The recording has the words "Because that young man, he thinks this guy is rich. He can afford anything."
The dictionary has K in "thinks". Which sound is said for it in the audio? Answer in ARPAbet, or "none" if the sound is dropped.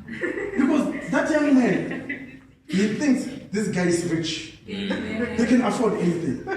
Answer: K